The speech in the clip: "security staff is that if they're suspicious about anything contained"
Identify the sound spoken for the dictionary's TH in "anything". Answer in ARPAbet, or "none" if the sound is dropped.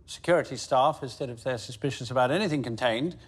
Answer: TH